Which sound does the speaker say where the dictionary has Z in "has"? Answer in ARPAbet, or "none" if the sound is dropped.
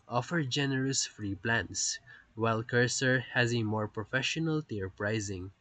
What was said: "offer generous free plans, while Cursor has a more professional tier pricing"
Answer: Z